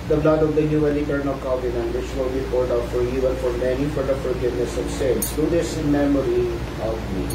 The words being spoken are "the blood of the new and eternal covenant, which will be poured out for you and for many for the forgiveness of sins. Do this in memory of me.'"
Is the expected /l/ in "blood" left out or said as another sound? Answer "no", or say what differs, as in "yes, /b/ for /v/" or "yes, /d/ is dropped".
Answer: no